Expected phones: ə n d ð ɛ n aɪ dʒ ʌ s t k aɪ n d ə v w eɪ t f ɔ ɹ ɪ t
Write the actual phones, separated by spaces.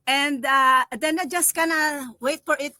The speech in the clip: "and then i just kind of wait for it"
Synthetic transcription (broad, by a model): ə n d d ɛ n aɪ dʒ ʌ s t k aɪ n ə w eɪ t f ɔ ɹ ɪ t